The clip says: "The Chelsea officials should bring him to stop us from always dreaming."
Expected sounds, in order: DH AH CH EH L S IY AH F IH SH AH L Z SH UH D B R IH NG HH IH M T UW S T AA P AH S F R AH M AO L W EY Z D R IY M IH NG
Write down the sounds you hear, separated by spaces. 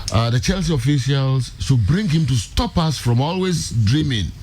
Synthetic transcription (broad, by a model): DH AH CH EH L S IY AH F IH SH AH L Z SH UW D B R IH NG HH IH M T UW S T AA P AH S F R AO M AO L W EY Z D R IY M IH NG